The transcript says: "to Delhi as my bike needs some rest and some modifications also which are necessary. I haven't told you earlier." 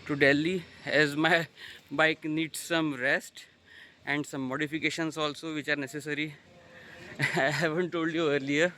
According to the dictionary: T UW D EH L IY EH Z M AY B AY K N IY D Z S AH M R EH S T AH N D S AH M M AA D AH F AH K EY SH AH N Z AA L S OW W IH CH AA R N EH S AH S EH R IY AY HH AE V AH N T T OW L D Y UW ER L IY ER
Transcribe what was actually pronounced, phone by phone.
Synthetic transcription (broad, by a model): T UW D EH L IY EH Z M AY B AY K N IY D S AH M R EH S T AH N D S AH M M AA D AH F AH K EY SH AH N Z AA L S OW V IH CH AA R N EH S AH S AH R IY AY HH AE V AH N T T OW L D Y UW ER L IY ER